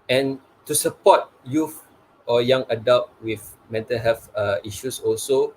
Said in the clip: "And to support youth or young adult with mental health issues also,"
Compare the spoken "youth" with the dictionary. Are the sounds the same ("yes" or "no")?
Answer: no